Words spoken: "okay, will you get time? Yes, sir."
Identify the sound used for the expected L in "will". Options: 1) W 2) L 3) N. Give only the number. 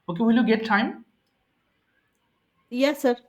2